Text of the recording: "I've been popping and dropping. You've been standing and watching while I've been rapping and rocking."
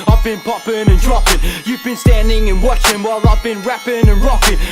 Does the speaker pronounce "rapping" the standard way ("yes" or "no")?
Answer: yes